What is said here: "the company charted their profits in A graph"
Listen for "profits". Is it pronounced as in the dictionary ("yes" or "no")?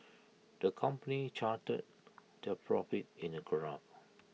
no